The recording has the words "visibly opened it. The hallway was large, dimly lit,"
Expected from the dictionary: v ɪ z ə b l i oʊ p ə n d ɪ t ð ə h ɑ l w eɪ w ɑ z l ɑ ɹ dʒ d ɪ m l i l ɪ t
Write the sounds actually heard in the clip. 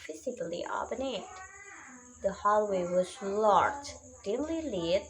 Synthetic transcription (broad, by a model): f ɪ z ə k l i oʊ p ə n ɪ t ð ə h ɑ l w eɪ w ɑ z l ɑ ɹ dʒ d ɪ m l i l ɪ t